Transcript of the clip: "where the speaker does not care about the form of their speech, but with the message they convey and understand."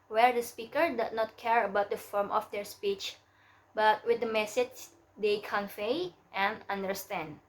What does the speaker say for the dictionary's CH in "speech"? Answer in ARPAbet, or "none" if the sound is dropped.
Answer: CH